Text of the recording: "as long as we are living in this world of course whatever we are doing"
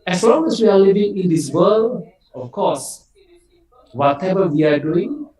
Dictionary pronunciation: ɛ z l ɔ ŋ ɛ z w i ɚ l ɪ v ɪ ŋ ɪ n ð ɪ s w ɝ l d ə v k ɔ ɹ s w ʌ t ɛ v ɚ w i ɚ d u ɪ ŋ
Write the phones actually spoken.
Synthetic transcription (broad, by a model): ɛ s l ɔ ŋ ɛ s w i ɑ l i v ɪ ŋ ɪ n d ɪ s w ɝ l ə f k ɔ s w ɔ t ɛ v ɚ w i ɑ d u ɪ ŋ